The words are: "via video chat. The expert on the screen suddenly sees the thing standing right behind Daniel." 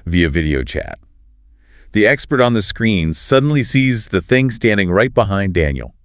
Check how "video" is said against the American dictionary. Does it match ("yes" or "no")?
yes